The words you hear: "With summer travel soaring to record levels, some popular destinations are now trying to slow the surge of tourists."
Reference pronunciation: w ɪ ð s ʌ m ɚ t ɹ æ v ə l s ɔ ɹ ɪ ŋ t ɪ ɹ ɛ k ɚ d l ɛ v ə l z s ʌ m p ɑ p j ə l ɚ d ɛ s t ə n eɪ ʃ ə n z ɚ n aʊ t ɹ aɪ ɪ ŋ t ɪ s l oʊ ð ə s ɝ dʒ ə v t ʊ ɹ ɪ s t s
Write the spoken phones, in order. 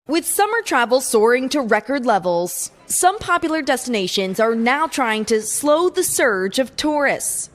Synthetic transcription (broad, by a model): w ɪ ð s ʌ m ɚ t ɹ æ v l s ɔ ɹ ɪ ŋ t ɪ ɹ ɛ k ɚ d l ɛ v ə l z s ʌ m p ɑ p j l ɚ d ɛ s t ə n eɪ ʃ ə n z ɚ n aʊ t ɹ aɪ ɪ ŋ t ɪ s l oʊ ð ə s ɝ dʒ ə v t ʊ ɹ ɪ s t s